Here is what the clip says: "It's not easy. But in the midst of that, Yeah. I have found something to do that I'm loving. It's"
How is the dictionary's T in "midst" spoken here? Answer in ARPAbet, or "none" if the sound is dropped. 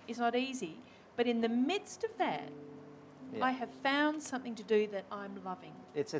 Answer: T